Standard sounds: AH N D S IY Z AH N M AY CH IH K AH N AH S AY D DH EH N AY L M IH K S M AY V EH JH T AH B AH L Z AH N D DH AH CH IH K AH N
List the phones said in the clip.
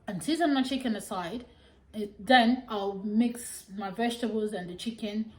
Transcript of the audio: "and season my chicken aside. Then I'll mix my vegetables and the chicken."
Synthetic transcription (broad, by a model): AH N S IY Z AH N M AY CH IH K AH N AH S AY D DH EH N AY L M IH K S M AY V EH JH T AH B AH L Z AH N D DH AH CH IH K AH N